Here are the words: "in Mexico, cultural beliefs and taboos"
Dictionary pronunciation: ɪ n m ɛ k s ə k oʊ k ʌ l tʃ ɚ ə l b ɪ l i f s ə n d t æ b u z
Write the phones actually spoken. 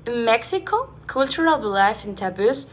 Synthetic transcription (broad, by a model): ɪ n m ɛ k s ə k oʊ k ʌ l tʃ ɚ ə l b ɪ l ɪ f ə n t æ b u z